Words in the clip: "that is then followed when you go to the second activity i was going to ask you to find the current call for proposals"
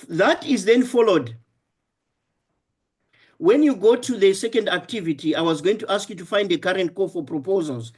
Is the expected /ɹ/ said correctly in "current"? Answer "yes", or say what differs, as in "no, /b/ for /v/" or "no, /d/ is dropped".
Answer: yes